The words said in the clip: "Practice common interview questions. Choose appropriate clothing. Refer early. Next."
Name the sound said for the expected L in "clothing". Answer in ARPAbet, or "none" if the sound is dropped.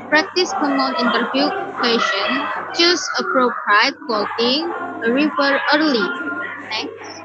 none